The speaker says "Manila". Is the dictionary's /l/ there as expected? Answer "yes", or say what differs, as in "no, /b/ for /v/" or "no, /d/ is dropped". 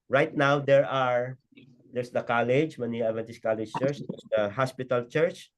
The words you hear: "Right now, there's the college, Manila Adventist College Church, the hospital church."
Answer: no, /l/ is dropped